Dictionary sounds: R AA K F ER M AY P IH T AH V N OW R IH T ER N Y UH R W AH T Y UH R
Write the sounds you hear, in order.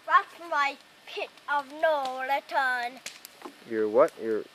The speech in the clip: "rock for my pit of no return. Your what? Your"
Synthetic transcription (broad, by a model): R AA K M AY P IH T AH V N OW L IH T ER N Y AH R W AH T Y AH R